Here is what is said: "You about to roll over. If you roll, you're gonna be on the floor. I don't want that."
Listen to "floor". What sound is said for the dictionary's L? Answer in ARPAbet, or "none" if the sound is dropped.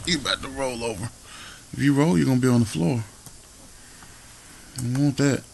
L